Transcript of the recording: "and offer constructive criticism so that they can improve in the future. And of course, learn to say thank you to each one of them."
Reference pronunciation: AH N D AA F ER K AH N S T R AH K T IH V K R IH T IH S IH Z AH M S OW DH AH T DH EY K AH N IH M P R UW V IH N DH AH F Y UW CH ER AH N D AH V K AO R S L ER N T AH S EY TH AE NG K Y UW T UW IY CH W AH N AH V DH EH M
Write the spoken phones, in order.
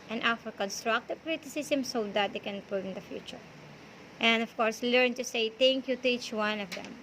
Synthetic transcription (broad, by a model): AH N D AA F ER K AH N S T R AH K T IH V K R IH T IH S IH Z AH M S OW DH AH T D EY K AH N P UW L IH N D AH F Y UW CH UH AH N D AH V K AO R S L ER N T AH S EY T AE NG K Y UW T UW IY CH W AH N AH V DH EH M